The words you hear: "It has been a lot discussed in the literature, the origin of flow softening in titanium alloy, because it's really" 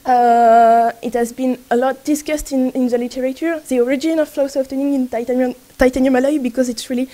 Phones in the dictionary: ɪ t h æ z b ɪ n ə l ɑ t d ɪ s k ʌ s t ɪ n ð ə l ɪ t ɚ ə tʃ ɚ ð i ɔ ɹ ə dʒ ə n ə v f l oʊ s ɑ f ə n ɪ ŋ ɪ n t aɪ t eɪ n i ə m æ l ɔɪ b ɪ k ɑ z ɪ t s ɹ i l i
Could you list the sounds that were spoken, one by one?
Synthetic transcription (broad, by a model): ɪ t h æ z b ɪ n ə l ɑ t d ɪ s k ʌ s t ɪ n ð ə l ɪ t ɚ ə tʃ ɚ ð i ɔ ɹ ə dʒ ə n ə v f l oʊ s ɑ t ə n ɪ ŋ ɪ n t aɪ t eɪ n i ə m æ l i b ɪ k ɑ z ɪ t s ɹ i l i